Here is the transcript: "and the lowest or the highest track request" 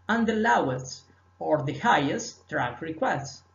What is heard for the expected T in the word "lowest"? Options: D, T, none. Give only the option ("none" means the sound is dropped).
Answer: none